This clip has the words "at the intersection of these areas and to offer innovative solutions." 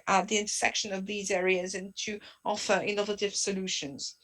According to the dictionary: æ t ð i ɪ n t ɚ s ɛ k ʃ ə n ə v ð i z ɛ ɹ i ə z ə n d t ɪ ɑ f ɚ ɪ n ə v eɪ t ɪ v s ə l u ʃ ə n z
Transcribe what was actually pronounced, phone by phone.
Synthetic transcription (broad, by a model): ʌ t ð i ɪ n t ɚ s ɛ k ʃ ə n ə v ð i z ɛ ɹ i ə z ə n t ɪ ɑ f ɚ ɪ n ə v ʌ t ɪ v s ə l u ʃ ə n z